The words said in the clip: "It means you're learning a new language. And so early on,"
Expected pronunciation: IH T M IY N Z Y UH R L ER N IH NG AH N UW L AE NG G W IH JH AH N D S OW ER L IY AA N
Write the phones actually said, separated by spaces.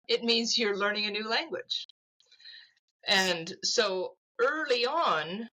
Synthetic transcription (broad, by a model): IH T M IY N Z Y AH R L ER N IH NG AH N UW L AE NG G W IH JH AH N S OW ER L IY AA N